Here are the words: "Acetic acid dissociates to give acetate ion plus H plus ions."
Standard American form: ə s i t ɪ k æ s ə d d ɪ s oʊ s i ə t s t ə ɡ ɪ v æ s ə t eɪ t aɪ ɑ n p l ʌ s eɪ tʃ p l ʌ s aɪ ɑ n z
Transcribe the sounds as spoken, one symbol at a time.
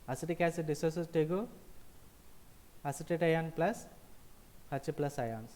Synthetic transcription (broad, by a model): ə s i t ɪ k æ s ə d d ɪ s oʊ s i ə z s t ə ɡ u ʌ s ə t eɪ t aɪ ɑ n p l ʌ s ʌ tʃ p l ʌ s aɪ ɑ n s